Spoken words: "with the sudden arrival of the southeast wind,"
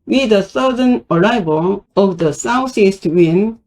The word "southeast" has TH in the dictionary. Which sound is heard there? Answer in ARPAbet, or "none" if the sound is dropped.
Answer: S